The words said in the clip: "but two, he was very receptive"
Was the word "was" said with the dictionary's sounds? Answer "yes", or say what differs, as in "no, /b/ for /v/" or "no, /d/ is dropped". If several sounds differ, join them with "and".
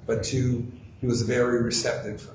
yes